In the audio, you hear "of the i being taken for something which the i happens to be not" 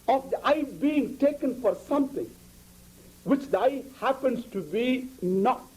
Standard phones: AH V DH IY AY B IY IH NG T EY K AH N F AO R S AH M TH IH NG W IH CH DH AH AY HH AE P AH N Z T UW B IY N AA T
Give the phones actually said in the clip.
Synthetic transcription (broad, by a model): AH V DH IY AY B IY IH NG T EY K AH N F AO R S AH M T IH NG W IH CH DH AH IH HH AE P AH N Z T UW B IY N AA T